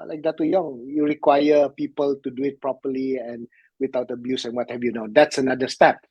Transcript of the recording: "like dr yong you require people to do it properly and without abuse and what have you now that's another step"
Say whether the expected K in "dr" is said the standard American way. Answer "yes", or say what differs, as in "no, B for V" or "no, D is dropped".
no, K is dropped